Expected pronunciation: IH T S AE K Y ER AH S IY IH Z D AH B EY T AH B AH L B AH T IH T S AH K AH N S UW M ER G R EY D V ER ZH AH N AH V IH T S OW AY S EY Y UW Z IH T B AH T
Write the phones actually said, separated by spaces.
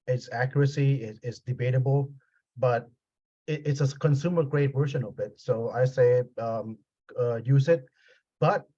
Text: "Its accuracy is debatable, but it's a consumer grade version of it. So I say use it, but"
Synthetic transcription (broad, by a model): IH T S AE K Y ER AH S IY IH S D AH B EY T AH B AH L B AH T IH T S AH K AH N S UW M ER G R EY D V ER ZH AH N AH B IH T S OW AY S EY Y UW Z IH T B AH T